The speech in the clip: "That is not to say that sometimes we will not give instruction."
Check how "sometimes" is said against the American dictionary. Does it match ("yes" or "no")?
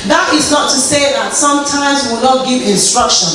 yes